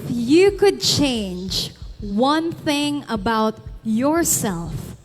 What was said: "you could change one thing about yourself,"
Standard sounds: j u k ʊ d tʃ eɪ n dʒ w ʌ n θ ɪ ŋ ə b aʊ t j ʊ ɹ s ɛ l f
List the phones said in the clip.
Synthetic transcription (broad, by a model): j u k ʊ d tʃ eɪ n dʒ w ʌ n θ ɪ ŋ ə b aʊ t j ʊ ɹ s ɛ l f